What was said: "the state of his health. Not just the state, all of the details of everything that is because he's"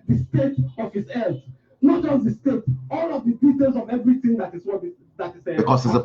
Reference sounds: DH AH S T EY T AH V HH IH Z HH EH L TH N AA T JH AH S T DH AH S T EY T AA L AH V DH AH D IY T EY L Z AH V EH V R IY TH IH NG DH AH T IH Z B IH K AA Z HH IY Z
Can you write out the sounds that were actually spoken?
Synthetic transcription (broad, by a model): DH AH S T EY T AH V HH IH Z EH TH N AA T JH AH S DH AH S T EY T AA L AH V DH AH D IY T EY L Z AH V EH V R IY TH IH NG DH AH T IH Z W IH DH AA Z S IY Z